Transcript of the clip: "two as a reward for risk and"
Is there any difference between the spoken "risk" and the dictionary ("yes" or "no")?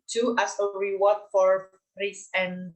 yes